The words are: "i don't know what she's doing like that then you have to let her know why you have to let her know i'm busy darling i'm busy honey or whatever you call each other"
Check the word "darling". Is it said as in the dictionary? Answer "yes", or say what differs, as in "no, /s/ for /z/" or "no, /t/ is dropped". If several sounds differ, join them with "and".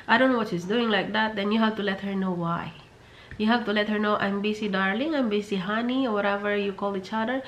yes